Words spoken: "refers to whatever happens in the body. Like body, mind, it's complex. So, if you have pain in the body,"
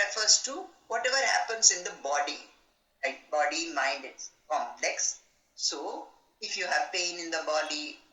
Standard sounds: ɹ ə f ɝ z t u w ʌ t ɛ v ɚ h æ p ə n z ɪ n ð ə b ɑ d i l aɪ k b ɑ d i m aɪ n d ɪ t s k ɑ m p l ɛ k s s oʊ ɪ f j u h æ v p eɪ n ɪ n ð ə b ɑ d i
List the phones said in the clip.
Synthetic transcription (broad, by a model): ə f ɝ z t u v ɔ t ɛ v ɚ h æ p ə n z ɪ n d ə b ɑ d i l aɪ k b ɑ d i m aɪ n d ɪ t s k ɑ m p l ɛ k s s oʊ ɪ f j u h æ v p eɪ n ɪ n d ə b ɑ d i